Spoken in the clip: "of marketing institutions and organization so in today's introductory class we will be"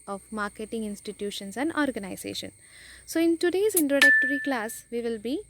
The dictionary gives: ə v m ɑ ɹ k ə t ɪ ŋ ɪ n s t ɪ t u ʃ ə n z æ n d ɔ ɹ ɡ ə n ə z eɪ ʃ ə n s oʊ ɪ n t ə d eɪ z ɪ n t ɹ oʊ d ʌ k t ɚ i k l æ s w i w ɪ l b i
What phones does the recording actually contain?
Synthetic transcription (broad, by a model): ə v m ɑ ɹ k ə t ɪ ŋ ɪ n s t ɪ t u ʃ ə n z æ n d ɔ ɹ ɡ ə n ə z eɪ ʃ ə n s oʊ ɪ n t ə d eɪ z ɪ n t ɹ oʊ d ʌ k t ɚ i k l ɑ s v i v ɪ l b i